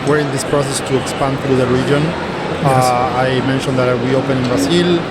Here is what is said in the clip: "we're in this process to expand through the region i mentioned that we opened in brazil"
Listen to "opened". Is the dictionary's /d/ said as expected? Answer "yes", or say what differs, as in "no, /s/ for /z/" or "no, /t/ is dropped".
no, /d/ is dropped